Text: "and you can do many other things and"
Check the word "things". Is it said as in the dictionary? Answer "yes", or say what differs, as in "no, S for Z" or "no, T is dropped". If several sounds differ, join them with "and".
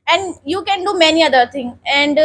no, T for TH and Z is dropped